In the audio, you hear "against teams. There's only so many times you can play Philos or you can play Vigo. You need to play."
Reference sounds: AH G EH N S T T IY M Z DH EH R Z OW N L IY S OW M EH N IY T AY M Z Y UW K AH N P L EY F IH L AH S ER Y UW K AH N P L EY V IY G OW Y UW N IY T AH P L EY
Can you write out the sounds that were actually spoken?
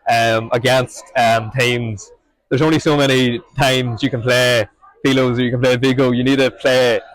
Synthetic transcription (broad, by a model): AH G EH N S T T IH M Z DH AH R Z OW N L IY S OW M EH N IY T AY M Z Y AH K AH N P L EY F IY L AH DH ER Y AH K AH N P L EY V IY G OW Y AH N IY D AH P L EY